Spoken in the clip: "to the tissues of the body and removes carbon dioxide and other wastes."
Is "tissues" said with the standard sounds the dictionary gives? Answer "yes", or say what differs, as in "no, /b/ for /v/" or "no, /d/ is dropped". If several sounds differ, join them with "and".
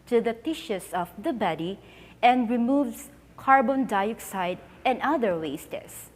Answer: no, /s/ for /z/